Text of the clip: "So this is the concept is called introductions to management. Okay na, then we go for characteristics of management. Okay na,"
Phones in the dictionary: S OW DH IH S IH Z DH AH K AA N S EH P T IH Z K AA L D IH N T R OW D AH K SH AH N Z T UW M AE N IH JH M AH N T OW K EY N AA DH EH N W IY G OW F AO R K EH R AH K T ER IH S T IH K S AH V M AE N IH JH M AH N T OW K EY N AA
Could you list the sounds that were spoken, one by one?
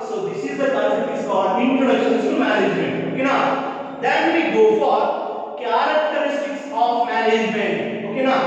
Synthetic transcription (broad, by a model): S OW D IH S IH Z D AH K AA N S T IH S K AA D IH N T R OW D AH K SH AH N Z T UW M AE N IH JH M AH N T OW K EY N AA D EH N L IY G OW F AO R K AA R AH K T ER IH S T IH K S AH F M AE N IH JH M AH N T OW K EY N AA